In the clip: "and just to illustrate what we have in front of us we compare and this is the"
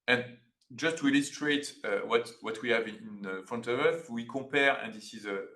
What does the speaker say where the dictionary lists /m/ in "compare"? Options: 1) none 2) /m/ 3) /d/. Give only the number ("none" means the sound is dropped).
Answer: 1